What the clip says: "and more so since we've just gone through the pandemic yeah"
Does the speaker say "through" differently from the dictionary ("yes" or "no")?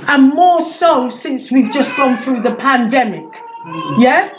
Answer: no